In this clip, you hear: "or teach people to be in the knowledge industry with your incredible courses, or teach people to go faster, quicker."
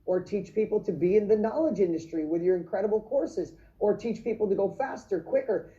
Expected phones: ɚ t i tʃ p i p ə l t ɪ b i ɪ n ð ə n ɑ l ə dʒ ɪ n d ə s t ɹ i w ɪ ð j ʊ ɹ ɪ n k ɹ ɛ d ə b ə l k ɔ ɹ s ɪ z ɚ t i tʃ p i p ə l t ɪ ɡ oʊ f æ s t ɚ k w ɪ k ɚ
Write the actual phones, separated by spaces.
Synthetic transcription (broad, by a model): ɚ t i tʃ p i p l t ɪ b i ɪ n ð ə n ɑ l ə dʒ ɪ n d ə s t ɹ i w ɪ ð j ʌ ɹ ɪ n k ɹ ɛ d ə b l k ɔ ɹ s ɪ z ɚ t i tʃ p i p l t ɪ ɡ oʊ f æ s t ɚ k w ɪ k ɚ